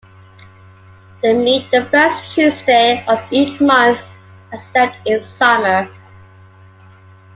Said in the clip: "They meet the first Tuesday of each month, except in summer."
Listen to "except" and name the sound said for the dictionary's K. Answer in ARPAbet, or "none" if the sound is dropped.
none